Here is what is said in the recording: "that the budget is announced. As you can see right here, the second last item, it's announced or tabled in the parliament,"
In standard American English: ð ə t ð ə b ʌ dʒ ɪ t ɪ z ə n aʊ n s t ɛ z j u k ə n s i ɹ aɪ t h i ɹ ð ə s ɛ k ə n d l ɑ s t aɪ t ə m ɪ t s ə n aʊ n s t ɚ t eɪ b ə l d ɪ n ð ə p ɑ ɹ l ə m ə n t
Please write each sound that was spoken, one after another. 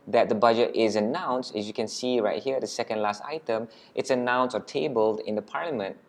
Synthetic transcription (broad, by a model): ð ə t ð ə b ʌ dʒ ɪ t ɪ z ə n aʊ n s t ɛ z j u k ə n s i ɹ aɪ t h i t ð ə s ɛ k ə n d l ɑ s t aɪ t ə m ɪ t s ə n aʊ n s ɚ t eɪ b ə l d ɪ n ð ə p ɑ ɹ l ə m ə n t